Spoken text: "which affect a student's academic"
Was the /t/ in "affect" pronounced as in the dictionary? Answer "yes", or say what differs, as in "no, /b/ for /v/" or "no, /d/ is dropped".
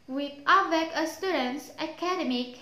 no, /t/ is dropped